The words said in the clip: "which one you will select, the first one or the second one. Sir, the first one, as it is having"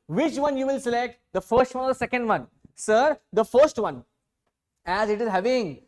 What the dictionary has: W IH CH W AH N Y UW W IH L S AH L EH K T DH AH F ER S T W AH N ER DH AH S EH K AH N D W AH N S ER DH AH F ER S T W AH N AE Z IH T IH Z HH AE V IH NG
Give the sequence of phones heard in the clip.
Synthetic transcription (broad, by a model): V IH CH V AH N Y UW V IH L S AH L EH K T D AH F ER S T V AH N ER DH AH S EH K AH N D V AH N S ER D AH F ER S T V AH N AE Z IH T IH Z HH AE V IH NG